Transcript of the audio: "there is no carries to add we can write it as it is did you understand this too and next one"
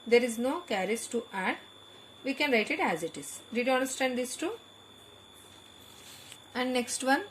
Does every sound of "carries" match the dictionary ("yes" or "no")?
no